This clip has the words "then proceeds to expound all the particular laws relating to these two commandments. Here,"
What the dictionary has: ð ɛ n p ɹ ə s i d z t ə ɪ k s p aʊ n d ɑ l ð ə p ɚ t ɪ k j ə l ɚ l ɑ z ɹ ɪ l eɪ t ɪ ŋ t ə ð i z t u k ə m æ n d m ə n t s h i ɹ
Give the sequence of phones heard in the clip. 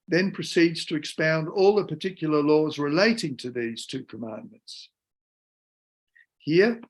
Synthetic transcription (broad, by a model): ð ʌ n p ɹ ə s i d z t ə ɪ k s p aʊ n d ɑ l ð ə p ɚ t ɪ k j l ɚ l ɑ z ɹ ɪ l eɪ t ɪ ŋ t ə ð i z t u k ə m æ n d m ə n t s h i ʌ